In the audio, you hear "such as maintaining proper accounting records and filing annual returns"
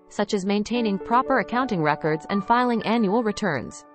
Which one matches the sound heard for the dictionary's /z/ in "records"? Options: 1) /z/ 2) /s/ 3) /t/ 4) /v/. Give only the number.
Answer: 1